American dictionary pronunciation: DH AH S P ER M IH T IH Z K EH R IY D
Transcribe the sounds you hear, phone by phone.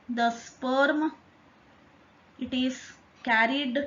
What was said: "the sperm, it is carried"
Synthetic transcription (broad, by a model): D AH S P ER M IH T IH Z K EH R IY D